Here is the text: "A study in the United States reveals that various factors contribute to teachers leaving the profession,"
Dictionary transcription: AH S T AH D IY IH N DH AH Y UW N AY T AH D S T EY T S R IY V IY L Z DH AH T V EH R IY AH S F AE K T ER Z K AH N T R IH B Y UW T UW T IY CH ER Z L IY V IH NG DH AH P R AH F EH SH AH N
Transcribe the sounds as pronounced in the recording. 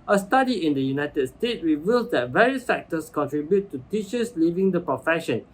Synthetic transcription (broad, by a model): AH S T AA D IY IH N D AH Y UW N AY T AH D S T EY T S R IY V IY L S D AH T V EH R IY AH S F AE K T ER S K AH N T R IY B Y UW T UW T IY CH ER S L IY V IH NG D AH P R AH F EH SH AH N